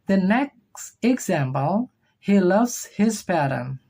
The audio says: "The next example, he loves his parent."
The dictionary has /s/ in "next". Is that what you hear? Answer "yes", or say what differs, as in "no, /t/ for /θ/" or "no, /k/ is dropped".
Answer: yes